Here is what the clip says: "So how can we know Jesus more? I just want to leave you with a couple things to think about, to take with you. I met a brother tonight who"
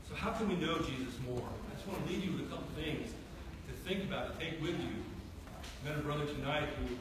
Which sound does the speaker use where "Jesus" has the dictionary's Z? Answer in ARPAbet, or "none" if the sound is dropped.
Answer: Z